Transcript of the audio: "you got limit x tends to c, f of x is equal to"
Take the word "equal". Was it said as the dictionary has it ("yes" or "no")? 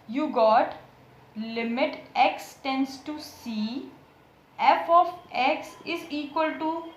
yes